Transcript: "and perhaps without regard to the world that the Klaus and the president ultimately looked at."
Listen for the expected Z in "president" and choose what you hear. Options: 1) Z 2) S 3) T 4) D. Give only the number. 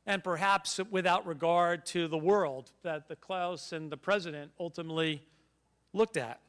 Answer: 1